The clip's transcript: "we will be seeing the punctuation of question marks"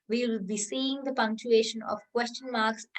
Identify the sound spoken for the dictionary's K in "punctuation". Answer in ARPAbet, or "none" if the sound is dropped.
K